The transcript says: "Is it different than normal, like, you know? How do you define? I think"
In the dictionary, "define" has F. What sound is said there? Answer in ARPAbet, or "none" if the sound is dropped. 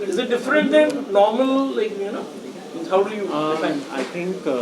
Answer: none